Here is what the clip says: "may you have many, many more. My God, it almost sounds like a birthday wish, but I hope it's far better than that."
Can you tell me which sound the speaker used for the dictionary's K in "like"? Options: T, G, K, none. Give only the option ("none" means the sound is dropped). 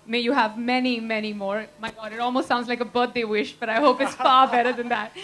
K